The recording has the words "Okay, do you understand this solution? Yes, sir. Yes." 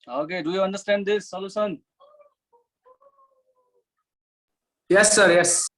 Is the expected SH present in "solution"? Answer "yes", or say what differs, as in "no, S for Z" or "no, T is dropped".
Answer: no, S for SH